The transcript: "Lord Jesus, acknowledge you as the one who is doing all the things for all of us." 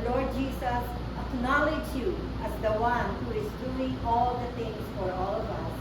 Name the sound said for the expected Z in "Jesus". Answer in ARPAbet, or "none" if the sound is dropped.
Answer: S